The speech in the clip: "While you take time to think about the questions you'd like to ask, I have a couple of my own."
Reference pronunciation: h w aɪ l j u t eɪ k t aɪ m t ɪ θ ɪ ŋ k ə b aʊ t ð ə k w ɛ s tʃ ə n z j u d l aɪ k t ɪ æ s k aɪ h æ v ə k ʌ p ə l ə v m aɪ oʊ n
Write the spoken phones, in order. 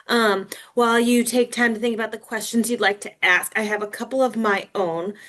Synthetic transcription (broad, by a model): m w aɪ l j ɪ t eɪ k t aɪ m t ɪ θ ɪ ŋ k ə b aʊ t ð ə k w ɛ s tʃ ə n z j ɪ d l aɪ k t ɪ æ s k aɪ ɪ v ə k ʌ p l ə v m aɪ oʊ n